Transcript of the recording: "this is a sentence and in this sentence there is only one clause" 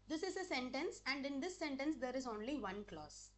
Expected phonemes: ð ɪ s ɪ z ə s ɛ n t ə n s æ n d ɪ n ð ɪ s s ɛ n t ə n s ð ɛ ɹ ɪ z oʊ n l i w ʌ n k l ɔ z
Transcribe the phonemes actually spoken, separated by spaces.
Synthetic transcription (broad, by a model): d ɪ s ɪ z ə s ɛ n t ə n s æ n d ɪ n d ɪ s s ɛ n t ə n s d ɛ ɹ ɪ z oʊ n l i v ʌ n k l ɔ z